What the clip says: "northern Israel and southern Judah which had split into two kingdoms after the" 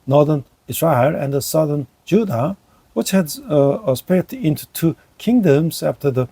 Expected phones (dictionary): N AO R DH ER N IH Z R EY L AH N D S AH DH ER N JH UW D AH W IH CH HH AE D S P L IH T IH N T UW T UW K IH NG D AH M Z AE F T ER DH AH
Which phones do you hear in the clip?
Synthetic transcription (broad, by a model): N AO R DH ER N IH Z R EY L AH N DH S AH DH ER N JH UW D AH W IH CH HH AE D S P IH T IH N T UW T UW K IH NG D AH M Z AE F T ER DH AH